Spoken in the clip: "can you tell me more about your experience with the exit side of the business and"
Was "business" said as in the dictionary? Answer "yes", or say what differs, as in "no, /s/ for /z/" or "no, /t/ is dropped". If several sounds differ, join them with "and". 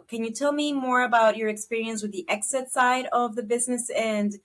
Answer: yes